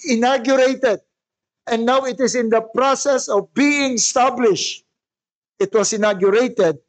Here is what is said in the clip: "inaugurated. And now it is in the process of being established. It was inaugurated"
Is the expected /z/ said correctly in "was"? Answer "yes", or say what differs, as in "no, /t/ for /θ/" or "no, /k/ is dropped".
no, /s/ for /z/